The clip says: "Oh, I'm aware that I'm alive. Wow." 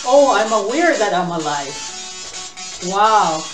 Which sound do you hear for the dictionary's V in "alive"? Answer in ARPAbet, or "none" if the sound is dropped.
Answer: F